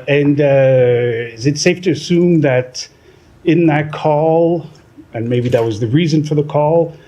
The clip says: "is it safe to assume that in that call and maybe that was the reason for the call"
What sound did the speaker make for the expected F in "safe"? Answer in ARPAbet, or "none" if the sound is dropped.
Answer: F